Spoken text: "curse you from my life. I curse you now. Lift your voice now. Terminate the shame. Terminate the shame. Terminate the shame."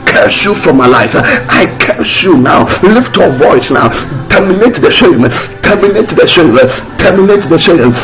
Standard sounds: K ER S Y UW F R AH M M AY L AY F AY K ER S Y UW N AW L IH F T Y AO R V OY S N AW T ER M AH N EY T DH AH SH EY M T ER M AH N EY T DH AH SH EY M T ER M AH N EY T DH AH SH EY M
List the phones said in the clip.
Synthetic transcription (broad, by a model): K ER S Y UW F R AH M M AY L AY F AY K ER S Y UW N AW L IH F T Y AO V OY S N AW T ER M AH N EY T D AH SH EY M T ER M AH N EY T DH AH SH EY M T ER M AH N EY T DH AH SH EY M